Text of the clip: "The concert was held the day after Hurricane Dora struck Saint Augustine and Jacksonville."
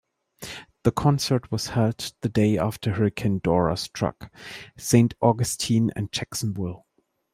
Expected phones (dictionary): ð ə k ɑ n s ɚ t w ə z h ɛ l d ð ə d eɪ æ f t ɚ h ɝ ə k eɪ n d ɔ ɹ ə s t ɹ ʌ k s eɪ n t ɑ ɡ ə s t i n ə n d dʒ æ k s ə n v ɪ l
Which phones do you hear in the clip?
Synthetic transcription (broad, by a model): ð ə k ɑ n s ɚ t w ə z h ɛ l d ð ə d eɪ æ f t ɚ h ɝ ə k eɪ n d ɔ ɹ ə s t ɹ ʌ k s eɪ n t ɑ ɡ ə s t i n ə n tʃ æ k s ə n b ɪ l